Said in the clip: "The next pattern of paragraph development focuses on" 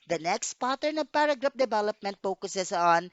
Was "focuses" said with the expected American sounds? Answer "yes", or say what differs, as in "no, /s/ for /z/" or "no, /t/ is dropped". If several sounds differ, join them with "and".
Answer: no, /s/ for /z/